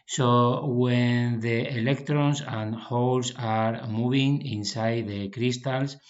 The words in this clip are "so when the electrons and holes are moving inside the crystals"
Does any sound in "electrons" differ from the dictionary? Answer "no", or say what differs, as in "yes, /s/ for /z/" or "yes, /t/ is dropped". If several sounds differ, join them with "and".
yes, /s/ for /z/